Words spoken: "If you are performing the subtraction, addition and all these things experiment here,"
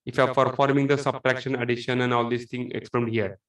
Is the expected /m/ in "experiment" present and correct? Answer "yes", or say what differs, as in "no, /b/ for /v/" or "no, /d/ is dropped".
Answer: no, /m/ is dropped